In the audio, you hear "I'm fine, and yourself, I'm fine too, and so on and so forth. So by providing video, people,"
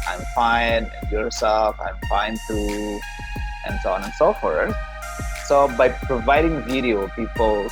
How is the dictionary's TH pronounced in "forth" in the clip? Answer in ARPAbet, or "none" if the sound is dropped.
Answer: T